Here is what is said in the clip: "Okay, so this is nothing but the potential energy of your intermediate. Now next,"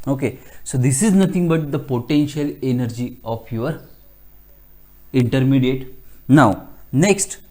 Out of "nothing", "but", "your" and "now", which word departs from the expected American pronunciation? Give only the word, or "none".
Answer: nothing